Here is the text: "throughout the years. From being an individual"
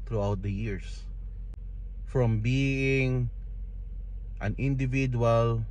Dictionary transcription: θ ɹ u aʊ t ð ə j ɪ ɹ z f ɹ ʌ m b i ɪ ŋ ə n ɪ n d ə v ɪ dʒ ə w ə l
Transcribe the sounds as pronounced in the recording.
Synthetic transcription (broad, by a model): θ ɹ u aʊ t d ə j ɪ ɹ s f ɹ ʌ m b i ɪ ŋ ə n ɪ n d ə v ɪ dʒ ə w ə l